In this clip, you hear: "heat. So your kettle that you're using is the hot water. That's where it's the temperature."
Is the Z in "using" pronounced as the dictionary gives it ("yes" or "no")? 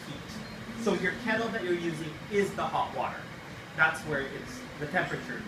yes